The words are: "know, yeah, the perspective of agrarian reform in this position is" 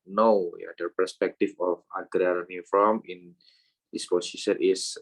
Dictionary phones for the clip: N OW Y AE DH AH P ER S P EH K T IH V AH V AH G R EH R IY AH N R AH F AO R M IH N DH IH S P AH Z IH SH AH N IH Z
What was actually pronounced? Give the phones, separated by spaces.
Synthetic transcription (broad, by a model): N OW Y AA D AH P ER S P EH K T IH F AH F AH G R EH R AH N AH F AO M IH N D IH S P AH S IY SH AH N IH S